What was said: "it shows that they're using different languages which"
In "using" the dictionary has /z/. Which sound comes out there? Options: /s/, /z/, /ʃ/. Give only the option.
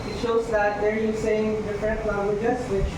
/s/